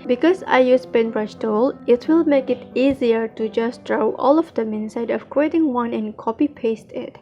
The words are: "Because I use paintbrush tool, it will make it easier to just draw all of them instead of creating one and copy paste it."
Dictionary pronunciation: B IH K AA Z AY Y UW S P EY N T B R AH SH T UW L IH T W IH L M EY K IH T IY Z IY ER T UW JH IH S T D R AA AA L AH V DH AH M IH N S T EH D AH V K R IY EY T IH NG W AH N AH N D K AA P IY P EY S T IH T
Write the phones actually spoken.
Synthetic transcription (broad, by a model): B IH K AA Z AY Y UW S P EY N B R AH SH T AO L IH T W IH L M EY K IH T IY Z IY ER T UW JH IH S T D R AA AA L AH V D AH M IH N S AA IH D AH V K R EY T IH NG W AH N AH N K AA P IY P EY S T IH T